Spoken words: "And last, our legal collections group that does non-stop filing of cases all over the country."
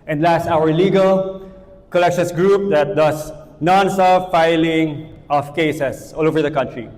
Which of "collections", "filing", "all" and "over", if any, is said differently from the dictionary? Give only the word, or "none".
collections